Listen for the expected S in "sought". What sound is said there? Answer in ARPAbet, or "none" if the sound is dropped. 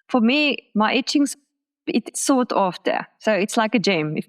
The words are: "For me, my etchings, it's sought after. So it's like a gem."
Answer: S